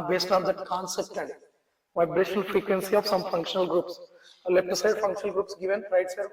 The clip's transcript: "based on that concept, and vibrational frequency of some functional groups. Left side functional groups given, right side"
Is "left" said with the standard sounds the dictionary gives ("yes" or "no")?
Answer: no